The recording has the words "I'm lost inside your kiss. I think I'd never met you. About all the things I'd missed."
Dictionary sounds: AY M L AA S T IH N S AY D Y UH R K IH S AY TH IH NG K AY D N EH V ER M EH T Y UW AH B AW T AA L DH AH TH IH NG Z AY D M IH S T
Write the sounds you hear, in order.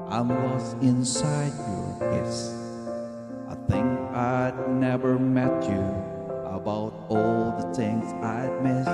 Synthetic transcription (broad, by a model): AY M W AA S IH N S AY D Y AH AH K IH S AY TH IH NG K AY D N EH V ER M EH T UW AH B AW T AA L DH AH TH IH NG Z AY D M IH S